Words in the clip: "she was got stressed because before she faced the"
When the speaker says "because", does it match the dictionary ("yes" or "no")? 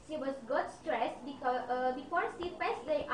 no